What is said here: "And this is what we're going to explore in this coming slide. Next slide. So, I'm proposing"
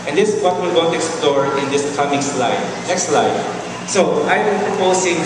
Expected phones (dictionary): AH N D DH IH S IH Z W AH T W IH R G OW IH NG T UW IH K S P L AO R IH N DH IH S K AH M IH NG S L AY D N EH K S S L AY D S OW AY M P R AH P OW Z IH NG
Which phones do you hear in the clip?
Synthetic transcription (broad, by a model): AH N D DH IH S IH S W AH T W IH L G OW T UW IH K S P L AO R IH N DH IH S K AH M IH NG S L AY D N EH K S S L AY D S OW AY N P R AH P OW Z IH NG